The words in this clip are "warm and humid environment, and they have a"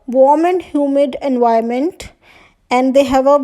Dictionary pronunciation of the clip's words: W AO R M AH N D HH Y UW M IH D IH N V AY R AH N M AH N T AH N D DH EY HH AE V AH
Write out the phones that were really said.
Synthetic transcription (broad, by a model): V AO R M AH N D HH Y UW M IH D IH N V AY AH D M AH N T AH N D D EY HH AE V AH